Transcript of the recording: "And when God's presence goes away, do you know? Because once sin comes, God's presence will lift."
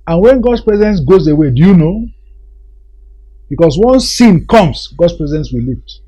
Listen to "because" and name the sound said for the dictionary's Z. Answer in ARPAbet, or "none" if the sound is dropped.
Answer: S